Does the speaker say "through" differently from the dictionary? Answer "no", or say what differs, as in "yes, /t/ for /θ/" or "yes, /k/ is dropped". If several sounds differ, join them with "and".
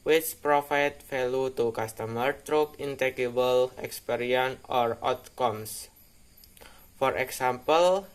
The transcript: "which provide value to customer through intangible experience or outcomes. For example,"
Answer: yes, /t/ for /θ/